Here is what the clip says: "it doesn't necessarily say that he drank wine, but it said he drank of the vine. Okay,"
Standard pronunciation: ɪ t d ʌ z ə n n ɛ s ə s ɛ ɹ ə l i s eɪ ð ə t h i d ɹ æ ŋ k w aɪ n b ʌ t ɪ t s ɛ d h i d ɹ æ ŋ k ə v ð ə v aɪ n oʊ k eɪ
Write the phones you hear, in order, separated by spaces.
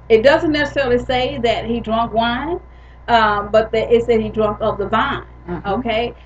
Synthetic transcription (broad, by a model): ɪ t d ʌ z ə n n ɛ s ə s ɛ ɹ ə l i s eɪ ð ə t h i d ɹ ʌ ŋ k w aɪ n b ʌ t ɪ t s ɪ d h i d ɹ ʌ ŋ k ə p ð ə v aɪ n oʊ k eɪ